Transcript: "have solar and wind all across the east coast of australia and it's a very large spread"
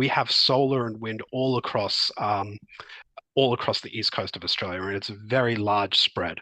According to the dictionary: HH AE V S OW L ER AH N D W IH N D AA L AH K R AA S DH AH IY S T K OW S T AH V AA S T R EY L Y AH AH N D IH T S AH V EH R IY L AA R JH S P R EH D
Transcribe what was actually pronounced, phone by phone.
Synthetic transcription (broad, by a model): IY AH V S OW L ER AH N W IH N D AA L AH K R AA S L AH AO S T K OW S T AH V AA S T R EY L Y AH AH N IH T S AH V EH R IY L AA R JH S P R EH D